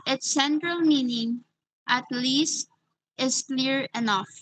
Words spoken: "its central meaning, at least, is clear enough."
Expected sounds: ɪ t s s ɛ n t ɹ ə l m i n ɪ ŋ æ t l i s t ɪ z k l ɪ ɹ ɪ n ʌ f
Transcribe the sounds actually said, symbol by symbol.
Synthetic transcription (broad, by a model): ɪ t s s ɛ n t ɹ ə l m i n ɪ ŋ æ t l i s t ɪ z k l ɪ ɹ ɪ n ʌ f